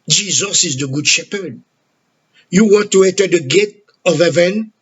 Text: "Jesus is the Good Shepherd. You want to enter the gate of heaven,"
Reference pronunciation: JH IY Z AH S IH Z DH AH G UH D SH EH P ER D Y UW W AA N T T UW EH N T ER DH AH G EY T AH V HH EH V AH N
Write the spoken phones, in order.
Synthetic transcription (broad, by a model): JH IY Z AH S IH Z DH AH G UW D SH EH P ER D Y UW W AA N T T UW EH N T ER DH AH G EY T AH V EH V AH N